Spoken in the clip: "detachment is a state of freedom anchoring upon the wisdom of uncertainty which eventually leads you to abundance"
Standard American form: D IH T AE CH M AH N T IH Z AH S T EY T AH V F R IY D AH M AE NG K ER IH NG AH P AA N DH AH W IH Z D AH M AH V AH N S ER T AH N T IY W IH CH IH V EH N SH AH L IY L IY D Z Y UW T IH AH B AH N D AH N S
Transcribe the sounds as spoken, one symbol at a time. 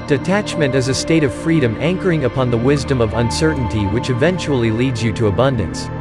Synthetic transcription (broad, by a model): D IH T AE CH M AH N T IH Z AH S T EY T AH V F R IY D AH M AE NG K ER IH NG AH P AA N DH AH W IH Z D AH M AH V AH N S ER T N T IY W IH CH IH V EH N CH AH L IY L IY D Z Y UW T IH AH B AH N D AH N S